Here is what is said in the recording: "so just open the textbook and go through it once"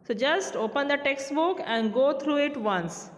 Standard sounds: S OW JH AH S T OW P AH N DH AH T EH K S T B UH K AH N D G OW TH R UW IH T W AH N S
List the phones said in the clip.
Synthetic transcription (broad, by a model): S OW JH AH S T OW P AH N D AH T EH K S T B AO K AH N D G OW T R UW IH T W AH N S